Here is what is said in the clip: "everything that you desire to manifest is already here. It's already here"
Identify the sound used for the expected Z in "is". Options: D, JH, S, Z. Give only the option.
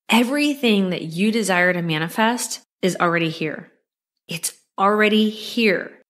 Z